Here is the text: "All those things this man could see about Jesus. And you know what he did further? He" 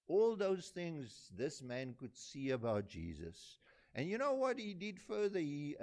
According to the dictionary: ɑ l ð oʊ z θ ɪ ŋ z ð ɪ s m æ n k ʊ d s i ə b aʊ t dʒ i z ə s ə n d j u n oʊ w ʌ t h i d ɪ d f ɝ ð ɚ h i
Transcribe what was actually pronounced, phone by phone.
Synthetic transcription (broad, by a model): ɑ l ð oʊ z θ ɪ ŋ z ð ɪ s m æ n k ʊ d s i ə b aʊ t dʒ i z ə s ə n j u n oʊ w ʌ t h i d ɪ d f ɝ ð ɚ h i